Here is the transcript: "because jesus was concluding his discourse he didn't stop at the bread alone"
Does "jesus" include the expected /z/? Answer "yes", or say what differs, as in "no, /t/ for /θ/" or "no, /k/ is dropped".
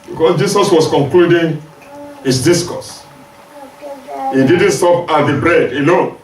no, /s/ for /z/